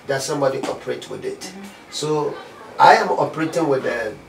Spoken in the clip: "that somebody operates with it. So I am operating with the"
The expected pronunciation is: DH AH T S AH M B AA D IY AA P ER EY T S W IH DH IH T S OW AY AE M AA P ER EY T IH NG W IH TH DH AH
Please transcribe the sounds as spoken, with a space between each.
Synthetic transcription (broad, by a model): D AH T S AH M B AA D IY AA P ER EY T W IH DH IH T S OW AY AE M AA P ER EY T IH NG W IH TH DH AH